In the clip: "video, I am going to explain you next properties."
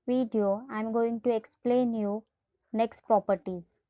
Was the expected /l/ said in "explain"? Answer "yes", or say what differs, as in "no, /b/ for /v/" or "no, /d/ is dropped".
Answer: yes